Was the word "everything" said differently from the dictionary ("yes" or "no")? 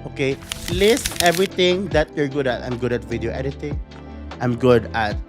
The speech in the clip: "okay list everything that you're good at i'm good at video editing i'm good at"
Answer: yes